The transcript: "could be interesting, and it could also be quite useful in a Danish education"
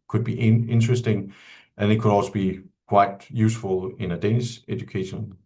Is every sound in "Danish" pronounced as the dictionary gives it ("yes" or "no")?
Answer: no